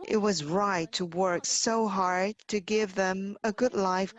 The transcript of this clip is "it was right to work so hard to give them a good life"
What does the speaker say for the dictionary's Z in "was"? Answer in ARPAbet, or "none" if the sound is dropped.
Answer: Z